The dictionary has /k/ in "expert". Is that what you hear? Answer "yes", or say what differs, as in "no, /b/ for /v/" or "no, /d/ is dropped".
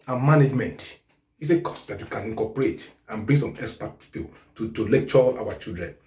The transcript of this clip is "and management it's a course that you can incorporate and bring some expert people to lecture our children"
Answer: no, /k/ is dropped